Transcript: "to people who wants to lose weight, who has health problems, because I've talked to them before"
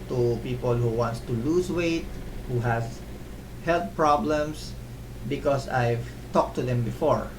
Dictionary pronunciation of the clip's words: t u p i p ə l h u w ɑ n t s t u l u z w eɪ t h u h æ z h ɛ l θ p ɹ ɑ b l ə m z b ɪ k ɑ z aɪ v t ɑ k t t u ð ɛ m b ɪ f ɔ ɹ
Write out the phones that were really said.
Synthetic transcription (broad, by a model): t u p i p ə l h u w ɑ n t s t u l u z w eɪ t h u h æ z h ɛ l t p ɹ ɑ b l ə m s b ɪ k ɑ s aɪ v t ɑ k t t u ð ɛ m b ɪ f ɔ ɹ